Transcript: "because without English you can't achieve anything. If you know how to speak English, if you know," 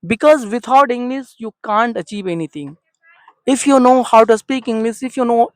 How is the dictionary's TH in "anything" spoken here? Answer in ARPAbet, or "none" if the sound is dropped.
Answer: T